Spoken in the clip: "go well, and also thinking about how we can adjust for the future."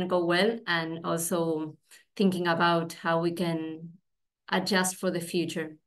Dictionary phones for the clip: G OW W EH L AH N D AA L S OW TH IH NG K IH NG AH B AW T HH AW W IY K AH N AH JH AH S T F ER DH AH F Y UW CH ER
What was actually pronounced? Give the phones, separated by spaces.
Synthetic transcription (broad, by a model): G OW W EH L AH N AA L S OW TH IH NG K IH NG AH B AW T HH AW W IY K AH N AH JH AH S T F ER DH AH F Y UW CH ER